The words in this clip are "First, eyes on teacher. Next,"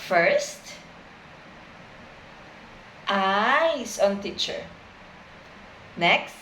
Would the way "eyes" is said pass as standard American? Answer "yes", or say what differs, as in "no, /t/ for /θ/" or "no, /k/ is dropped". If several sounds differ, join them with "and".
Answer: no, /s/ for /z/